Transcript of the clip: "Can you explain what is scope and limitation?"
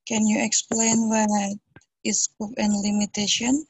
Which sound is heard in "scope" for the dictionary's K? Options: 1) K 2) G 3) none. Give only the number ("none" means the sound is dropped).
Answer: 3